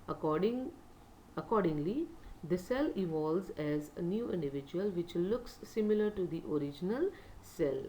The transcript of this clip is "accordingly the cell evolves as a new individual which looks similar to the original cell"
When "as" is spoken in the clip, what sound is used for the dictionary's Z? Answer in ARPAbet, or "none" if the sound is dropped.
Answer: Z